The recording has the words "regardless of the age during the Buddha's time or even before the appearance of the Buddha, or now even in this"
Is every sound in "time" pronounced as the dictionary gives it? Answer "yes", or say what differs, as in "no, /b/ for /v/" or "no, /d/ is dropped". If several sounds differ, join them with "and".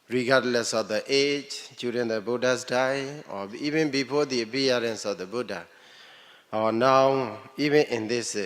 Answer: no, /m/ is dropped